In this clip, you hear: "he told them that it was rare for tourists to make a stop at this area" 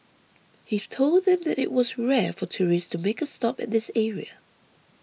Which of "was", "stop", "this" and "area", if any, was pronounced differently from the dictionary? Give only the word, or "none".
none